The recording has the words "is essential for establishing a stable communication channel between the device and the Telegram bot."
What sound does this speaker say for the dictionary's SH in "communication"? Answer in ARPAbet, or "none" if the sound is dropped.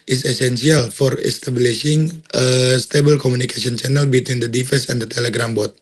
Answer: S